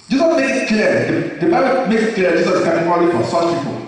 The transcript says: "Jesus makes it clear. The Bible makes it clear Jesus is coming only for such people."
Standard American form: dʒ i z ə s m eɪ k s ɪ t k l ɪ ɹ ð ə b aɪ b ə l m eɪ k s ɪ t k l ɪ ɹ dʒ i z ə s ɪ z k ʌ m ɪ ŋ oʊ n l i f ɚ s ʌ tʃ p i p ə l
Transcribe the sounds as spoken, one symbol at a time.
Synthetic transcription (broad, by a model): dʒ i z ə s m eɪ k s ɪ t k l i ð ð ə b aɪ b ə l m eɪ k s ɪ t k l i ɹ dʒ i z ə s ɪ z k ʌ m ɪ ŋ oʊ l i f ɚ s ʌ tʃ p i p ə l